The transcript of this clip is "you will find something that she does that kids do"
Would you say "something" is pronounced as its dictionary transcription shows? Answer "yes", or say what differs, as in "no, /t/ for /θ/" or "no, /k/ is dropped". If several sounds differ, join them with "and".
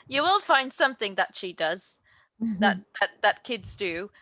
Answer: yes